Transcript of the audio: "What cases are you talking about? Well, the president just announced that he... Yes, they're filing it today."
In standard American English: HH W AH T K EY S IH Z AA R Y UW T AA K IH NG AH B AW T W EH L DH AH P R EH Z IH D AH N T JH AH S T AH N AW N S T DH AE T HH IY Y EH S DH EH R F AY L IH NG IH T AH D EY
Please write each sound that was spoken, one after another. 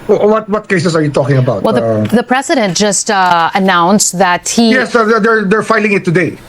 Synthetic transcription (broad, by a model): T W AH T K EY S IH S AA R Y UW T AA K IH NG AH B AW T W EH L DH AH P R EH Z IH D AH N T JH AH S T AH N AW N S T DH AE T HH IY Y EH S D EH R F AY L IH NG IH T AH D EY